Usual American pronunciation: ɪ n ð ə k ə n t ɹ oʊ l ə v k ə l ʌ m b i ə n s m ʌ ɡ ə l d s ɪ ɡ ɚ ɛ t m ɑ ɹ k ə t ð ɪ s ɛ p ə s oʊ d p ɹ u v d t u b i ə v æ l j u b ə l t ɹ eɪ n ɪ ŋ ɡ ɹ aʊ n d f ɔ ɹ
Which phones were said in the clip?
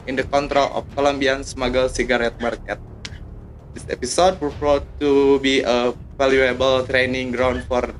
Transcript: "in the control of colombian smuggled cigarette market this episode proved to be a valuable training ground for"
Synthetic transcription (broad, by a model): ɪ n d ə k ə n t ɹ oʊ l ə f k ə l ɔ m b i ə n s m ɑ ɡ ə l s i ɡ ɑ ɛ t m ɑ ɹ k ə t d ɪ s ɛ p ə s oʊ d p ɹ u p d t u b i ə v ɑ l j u b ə l t ɹ eɪ n ɪ ŋ ɡ ɹ aʊ n d f ɔ ɹ